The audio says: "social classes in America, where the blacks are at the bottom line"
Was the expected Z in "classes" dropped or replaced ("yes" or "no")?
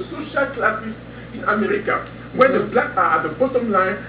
yes